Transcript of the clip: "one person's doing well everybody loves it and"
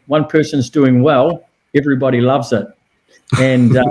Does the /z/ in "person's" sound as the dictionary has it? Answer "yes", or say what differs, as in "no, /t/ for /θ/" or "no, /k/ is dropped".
yes